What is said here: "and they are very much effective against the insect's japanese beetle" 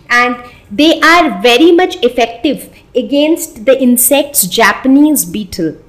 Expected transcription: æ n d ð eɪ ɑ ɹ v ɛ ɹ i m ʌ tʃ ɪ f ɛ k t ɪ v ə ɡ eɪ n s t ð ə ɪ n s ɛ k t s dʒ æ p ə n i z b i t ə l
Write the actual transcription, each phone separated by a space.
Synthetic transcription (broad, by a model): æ n d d eɪ ɑ ɹ v ɛ ɹ i m ʌ tʃ ɪ f ɛ k t ɪ v ə ɡ eɪ n s t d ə ɪ n s ɛ k t s dʒ æ p ə n i z b i t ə l